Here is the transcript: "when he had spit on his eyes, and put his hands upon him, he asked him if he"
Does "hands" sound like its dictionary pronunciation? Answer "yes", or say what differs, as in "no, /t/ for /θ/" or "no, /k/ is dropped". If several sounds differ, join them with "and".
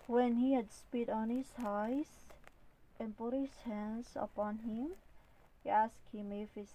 yes